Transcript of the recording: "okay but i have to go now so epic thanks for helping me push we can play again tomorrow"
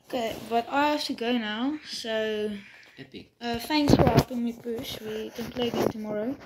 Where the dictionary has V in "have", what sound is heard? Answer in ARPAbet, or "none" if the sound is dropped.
F